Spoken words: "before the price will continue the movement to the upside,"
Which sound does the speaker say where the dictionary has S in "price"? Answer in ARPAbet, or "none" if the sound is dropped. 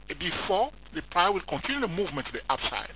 none